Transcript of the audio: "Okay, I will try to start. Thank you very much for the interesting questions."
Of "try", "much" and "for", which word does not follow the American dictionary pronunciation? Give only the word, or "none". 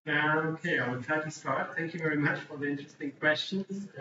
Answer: try